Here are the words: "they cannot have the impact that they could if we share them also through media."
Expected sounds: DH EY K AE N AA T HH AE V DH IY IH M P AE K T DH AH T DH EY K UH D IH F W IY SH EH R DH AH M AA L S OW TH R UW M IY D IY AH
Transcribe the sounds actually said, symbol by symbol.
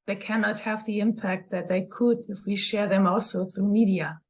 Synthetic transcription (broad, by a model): DH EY K AE N AA T HH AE V DH IY IH M P AE K T DH AH T DH EY K UH D IH F W IY SH EH R DH AH M AA L S OW TH R UW M IY D IY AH